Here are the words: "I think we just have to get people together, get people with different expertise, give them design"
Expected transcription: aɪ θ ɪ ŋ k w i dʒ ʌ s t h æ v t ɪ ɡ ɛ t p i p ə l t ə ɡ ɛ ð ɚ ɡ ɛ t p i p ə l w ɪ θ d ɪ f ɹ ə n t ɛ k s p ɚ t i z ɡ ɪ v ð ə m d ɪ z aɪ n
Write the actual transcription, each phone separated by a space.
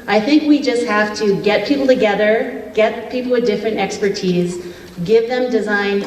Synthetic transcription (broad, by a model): aɪ θ ɪ ŋ k w i dʒ ʌ s t h æ f t ɪ ɡ ɛ t p i p l t ə ɡ ɛ ð ɚ ɡ ɛ t p i p l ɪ d ɪ f ɹ ə n t ɛ k s p ɚ t i z ɡ ɪ v ð ə m d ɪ z aɪ n